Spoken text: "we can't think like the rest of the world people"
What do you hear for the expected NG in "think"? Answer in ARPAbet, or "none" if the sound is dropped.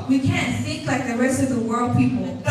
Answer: none